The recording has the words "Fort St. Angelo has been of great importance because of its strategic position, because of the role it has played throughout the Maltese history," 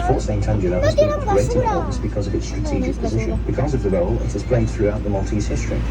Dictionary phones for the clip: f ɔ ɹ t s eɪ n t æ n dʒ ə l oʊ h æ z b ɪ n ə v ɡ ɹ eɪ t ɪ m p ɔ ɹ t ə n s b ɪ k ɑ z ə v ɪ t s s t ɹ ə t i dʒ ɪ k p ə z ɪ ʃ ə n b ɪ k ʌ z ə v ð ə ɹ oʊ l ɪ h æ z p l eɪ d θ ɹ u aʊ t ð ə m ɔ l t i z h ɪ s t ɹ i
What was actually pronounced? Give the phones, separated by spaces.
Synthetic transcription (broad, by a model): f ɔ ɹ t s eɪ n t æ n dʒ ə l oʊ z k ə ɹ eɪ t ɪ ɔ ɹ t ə s b ɪ k ɑ z ə v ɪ t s s t ɹ ə t i dʒ ɪ k p ə z ɪ ʃ ə n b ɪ k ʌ z ə v ð ə ɹ oʊ l ɪ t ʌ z p l eɪ d θ ɹ u aʊ t ð ə m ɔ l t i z h ɪ s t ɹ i